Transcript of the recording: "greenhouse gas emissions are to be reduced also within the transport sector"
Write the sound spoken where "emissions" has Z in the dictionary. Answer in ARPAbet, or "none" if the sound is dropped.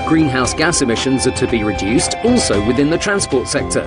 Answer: Z